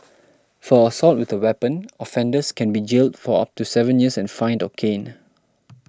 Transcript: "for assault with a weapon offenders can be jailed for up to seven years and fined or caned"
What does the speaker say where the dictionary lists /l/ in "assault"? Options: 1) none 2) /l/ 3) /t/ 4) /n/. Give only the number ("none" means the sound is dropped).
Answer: 2